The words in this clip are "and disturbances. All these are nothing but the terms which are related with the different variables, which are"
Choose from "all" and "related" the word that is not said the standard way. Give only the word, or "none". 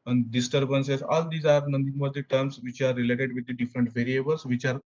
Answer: none